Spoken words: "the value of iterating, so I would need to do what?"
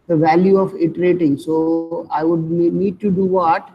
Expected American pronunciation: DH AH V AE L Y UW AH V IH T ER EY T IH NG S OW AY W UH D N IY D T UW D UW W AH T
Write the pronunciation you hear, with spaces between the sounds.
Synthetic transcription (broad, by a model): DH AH V AE L Y UW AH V IH T ER EY T IH NG S OW AY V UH D N IY D T UW D UW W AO T